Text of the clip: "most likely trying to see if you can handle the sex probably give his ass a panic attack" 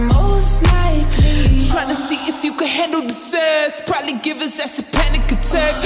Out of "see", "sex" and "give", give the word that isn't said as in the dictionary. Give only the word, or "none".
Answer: sex